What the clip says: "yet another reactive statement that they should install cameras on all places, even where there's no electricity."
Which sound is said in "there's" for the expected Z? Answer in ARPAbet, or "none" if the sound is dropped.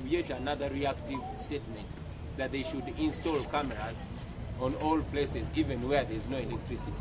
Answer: Z